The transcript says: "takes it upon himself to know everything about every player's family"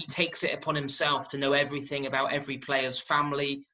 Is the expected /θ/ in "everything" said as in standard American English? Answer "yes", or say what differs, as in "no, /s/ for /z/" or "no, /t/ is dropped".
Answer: yes